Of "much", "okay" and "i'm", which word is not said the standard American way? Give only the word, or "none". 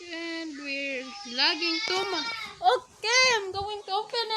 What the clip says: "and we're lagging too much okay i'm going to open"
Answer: much